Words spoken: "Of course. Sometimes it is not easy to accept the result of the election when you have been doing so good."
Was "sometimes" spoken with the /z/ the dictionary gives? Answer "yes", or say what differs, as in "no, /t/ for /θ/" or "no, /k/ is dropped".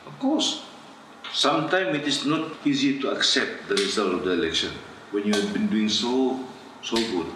no, /z/ is dropped